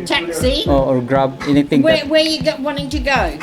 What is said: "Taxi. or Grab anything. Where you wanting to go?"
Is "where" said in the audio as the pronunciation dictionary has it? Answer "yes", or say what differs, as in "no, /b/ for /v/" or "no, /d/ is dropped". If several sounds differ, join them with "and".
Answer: no, /w/ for /ɹ/